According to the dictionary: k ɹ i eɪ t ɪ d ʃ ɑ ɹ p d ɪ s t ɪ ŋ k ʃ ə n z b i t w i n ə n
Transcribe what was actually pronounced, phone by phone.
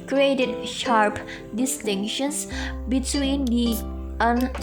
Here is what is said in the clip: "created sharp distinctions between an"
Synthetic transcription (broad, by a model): k ɹ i eɪ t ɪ d ʃ ɑ ɹ p d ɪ s t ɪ ŋ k ʃ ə n s b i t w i n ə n